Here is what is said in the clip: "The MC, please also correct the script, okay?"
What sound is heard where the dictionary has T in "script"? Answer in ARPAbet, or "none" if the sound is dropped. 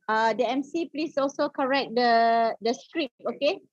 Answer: none